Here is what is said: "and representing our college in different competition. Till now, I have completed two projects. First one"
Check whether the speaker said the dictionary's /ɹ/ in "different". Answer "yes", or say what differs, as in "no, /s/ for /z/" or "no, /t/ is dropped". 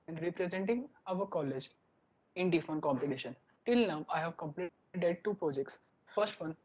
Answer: no, /ɹ/ is dropped